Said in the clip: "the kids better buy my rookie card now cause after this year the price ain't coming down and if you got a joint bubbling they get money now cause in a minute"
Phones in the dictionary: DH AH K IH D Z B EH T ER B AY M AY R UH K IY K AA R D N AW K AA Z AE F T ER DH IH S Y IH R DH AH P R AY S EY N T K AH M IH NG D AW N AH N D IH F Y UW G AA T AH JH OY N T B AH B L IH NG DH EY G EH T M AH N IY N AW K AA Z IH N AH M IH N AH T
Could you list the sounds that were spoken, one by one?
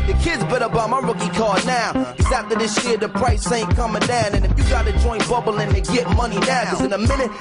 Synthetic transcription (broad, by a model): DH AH K IH D Z B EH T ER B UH M AY R UH K IY K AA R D N AW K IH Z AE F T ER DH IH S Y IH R DH AH P R AY S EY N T K AH M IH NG D AW N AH N IH F Y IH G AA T AH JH OY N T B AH B L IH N DH EY G EH T M AH N IY N AW K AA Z IH N AH M IH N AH T